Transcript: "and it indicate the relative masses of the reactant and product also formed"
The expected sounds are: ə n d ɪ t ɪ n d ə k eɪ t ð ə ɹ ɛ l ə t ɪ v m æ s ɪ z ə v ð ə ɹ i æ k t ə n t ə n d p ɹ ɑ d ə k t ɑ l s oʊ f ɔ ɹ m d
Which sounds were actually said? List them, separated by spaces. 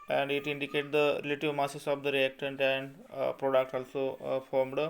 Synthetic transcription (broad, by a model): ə n d ɪ t ɪ n d ə k eɪ t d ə ɹ ɛ l ə t ɪ v m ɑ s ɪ s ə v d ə ɹ i æ k t ə n t ə n d p ɹ ɑ d ə k t ɑ l s oʊ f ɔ ɹ m d